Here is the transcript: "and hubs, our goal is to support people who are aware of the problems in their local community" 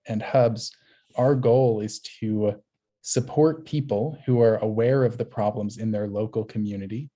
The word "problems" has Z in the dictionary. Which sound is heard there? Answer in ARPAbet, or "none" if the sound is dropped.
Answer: Z